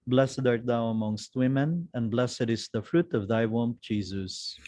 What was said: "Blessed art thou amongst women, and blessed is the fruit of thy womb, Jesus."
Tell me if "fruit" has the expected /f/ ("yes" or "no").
yes